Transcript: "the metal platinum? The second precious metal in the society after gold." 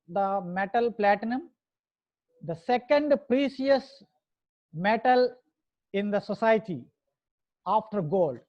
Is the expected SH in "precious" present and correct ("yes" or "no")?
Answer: no